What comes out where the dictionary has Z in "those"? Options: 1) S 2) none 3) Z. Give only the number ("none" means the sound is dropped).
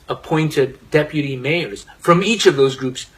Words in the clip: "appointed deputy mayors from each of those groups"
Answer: 3